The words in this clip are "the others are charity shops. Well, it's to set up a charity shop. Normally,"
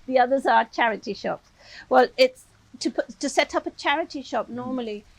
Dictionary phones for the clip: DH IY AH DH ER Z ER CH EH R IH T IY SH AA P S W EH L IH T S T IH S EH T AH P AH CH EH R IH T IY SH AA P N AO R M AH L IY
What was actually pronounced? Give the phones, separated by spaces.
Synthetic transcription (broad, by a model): DH IY AH DH ER Z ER CH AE R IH T IY SH AA P S W EH L IH T S T IH S EH T AH P AH CH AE R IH T IY SH AA P N AO R M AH L IY